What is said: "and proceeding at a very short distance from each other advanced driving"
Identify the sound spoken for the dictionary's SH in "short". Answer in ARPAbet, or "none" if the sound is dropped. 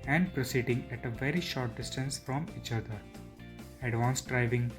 SH